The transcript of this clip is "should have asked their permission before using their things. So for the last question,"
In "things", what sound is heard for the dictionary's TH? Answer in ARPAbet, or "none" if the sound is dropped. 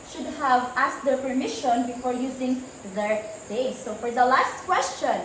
S